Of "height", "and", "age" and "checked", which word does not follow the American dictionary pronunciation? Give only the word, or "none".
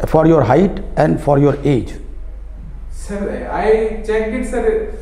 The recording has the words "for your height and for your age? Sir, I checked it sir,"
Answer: checked